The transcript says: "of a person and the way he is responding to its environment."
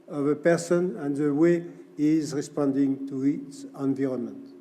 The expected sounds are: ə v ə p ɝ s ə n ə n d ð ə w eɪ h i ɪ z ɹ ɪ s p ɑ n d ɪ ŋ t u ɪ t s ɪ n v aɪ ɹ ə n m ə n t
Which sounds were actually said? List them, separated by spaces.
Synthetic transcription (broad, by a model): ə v ə p ɝ s ə n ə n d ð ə w eɪ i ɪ z ɹ ɪ s p ɑ n d ɪ ŋ t u ɪ t s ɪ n v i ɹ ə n m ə n t